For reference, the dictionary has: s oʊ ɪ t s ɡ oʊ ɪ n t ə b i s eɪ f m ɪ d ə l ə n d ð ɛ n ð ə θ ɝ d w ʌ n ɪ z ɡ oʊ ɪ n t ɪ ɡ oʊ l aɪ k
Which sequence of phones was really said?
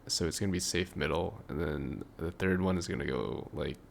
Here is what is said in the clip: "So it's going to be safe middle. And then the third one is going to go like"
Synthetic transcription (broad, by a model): s oʊ ɪ t s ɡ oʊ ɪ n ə b i s eɪ f m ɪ d l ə n ð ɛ n ð ə θ ɝ d w ʌ n ɪ z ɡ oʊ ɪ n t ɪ ɡ oʊ l aɪ k